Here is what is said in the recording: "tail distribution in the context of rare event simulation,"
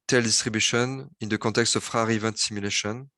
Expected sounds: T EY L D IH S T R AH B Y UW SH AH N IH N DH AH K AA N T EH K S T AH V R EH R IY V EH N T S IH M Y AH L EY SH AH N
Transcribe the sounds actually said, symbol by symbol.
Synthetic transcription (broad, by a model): T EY L D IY S T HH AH B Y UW SH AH N IH N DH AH K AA T EH K S T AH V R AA R IY V EH N T S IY M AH L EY SH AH N